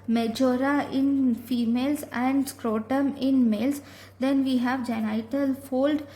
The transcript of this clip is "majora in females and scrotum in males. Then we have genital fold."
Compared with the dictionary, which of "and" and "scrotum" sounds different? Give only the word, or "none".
none